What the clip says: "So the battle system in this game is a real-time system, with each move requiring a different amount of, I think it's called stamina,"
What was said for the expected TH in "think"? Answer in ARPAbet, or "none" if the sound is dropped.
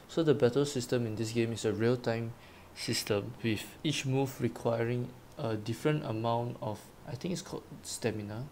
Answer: T